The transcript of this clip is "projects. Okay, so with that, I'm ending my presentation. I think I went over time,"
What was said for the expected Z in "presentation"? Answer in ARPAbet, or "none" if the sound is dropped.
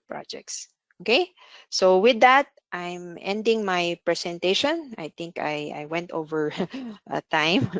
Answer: S